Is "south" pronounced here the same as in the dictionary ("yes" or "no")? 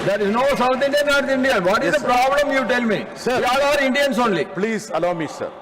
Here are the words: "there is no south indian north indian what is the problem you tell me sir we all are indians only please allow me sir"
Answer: no